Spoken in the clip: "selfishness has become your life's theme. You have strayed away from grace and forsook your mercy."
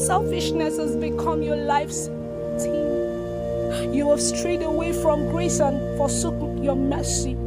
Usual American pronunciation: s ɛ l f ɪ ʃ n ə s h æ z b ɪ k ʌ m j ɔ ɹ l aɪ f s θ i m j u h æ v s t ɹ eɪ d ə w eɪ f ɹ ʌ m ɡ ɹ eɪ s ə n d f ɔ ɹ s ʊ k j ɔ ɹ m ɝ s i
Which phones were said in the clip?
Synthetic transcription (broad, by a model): s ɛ l f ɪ ʃ n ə s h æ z b ɪ k ʌ m j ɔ l aɪ f s t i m j u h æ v s t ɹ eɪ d ə w eɪ f ɹ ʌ m ɡ ɹ eɪ s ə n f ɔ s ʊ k j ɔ m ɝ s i